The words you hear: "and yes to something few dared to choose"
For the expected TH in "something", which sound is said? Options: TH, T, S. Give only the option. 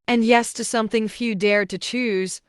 TH